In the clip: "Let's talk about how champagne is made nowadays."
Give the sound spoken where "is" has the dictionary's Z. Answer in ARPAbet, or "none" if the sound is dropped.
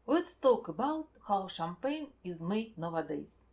Z